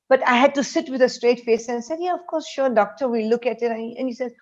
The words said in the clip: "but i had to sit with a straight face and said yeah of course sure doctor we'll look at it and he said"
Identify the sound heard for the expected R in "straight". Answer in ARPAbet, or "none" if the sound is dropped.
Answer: R